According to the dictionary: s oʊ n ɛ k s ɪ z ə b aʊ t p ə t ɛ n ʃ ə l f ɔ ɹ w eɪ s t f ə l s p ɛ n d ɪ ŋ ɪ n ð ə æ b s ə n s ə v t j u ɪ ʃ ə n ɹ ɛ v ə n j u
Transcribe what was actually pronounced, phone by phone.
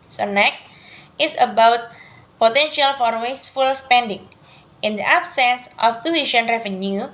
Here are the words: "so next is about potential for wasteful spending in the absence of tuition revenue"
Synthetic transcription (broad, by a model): s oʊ n ɛ k s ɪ s ə b aʊ t p ə t ɛ n ʃ ə l f ɔ ɹ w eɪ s f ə l s p ɛ n d ɪ ŋ ɪ n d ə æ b s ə n s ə f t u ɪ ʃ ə n ɹ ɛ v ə n j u